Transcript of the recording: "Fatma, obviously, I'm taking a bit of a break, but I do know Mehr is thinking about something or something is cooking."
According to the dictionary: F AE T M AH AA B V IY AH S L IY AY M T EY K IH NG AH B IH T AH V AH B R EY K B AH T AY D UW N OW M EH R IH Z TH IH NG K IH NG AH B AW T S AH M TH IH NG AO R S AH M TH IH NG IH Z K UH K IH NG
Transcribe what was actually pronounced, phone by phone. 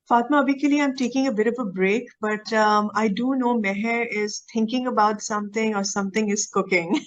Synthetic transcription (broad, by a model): F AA T M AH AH B IY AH L IY AY M T EY K IH NG AH B IH T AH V AH B R EY K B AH T AY D UW N OW M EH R IH Z T IH NG K IH NG AH B AW T S AH M T IH NG AO R S AH M T IH NG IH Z K UH K IH NG